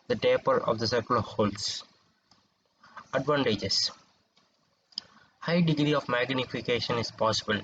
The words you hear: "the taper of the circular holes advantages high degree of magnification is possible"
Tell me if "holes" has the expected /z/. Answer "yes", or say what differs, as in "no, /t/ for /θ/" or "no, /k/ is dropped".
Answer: no, /s/ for /z/